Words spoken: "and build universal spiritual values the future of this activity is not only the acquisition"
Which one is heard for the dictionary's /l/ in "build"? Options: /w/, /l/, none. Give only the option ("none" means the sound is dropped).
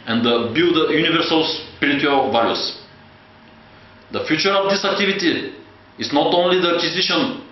none